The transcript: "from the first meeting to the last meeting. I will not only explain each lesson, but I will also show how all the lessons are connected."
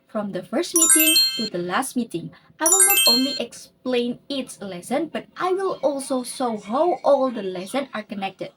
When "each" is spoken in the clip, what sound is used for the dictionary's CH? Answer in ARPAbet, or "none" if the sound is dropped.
S